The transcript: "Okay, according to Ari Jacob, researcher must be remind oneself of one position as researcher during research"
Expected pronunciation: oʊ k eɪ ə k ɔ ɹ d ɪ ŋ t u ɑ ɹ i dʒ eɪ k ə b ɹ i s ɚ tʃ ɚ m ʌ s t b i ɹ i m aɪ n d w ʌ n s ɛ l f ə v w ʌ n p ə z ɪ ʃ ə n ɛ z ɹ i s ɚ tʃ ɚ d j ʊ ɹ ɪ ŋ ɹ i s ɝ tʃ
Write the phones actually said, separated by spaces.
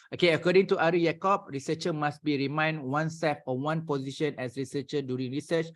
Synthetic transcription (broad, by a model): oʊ k eɪ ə k ɔ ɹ d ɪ ŋ t u ɑ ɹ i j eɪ k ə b ɹ i s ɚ tʃ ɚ m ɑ s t b i ɹ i m aɪ n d w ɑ n s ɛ f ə w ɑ n p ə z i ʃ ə n ɛ s ɹ i s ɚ tʃ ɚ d j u ɹ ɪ ŋ ɹ i s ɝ tʃ